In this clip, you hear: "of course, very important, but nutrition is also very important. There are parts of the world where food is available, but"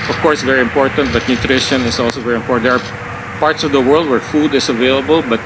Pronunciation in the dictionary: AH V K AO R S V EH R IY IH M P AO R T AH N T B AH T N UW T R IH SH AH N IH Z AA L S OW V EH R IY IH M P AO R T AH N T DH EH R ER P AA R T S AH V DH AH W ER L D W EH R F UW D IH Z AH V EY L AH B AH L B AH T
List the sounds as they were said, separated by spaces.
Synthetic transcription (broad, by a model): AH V K AO R S V EH R IY IH M P AO R T AH N T B AH T N UW T R IH SH AH N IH S AA L S OW V EH R IY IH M P AO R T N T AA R P AA R T S AH V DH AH W ER L D W EH R F UW D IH S AH V EY L AH B AH L B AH T